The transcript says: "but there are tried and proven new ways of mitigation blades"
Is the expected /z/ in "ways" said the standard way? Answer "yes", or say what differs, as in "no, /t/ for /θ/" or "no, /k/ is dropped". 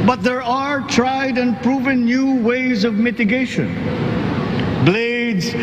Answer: yes